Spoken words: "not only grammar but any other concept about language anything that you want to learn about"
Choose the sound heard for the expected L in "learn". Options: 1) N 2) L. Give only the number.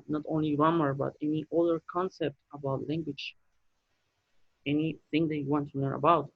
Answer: 1